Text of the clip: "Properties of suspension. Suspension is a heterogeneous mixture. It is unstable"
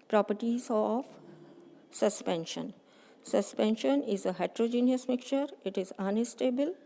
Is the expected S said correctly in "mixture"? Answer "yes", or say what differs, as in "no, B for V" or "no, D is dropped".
no, S is dropped